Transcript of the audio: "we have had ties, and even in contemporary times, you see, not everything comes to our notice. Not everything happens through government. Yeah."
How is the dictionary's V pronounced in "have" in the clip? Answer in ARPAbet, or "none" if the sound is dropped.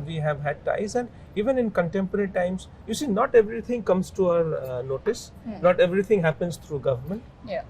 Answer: V